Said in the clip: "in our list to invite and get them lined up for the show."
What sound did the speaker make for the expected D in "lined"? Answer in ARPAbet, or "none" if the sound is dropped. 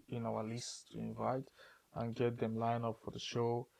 none